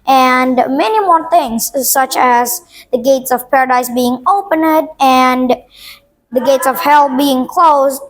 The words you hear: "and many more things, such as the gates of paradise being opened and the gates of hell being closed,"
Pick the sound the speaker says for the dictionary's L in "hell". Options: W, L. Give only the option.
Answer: L